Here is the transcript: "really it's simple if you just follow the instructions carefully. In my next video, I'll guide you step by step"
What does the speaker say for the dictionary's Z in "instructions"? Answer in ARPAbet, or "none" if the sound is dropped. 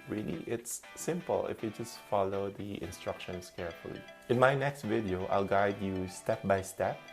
S